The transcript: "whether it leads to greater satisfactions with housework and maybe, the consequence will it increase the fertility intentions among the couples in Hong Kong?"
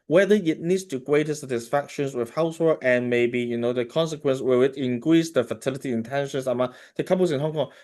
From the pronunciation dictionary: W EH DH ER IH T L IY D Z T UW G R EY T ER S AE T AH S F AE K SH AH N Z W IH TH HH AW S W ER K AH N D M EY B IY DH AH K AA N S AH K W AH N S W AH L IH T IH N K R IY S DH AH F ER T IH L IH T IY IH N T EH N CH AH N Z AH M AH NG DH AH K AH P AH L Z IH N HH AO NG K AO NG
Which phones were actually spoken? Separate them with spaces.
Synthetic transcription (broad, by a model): W EH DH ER IH T N IY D S T UW G R EY T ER S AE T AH S F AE K SH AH N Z W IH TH HH AW S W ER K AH N M EY B IY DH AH K AA N S AH K W AH N S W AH W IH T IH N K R IY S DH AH F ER T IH L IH T IY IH N T EH N SH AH N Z AH M AH NG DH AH K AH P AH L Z IH N HH AO NG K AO NG